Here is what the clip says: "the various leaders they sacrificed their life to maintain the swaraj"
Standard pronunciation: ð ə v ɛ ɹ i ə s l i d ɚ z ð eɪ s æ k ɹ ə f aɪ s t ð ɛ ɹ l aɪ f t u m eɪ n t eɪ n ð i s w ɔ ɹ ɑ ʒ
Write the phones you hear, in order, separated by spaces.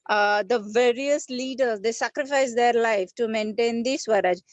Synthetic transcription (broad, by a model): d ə v ɛ ɹ i ə s l i d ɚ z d eɪ s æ k ɹ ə f aɪ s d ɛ ɹ l aɪ f t u m eɪ n t eɪ n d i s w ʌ ɹ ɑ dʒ